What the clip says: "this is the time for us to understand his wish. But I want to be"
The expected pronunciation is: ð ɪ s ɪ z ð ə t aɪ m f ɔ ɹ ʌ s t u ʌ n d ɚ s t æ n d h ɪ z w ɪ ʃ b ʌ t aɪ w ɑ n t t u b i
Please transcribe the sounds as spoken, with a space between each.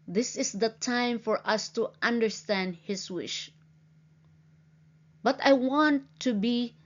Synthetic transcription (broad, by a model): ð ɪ s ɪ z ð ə t aɪ m f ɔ ɹ ʌ s t u ʌ n d ɚ s t æ n d h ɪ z w ɪ ʃ b ʌ t aɪ w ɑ n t t u b i